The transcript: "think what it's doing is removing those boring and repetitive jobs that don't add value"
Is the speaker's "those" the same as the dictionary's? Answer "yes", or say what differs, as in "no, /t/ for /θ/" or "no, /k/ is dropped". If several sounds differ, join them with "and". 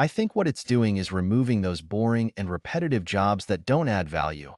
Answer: yes